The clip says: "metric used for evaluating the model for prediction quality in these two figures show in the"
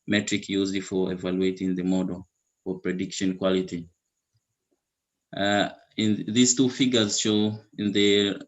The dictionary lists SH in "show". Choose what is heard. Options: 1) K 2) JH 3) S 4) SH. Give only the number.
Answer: 4